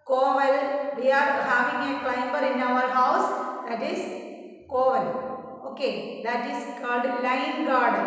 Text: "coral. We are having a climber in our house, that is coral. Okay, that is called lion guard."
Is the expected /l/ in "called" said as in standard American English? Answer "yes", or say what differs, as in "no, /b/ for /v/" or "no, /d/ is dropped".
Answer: no, /l/ is dropped